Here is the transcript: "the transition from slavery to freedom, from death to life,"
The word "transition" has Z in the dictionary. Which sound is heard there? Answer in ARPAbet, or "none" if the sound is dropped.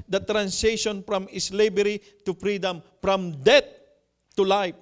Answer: S